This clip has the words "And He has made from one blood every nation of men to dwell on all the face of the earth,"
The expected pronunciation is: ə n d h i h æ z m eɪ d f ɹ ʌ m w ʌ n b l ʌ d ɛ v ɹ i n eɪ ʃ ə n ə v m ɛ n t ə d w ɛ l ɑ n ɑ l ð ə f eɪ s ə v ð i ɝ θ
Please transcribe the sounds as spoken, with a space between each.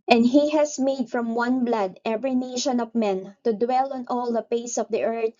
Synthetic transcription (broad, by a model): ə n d h i h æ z m eɪ d f ɹ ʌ m w ʌ n b l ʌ d ɛ v ɹ i n eɪ ʃ ə n ə v m ɛ n t ə d w ɛ l ɑ n ɑ l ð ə p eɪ s ə v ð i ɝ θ